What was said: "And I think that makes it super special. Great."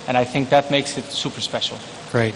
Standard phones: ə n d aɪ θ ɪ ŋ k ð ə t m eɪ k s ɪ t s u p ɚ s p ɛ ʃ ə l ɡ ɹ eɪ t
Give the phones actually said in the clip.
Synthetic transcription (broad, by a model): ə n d aɪ θ ɪ ŋ k ð ə t m eɪ k s ɪ t s u p ɚ s p ɛ ʃ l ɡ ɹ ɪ t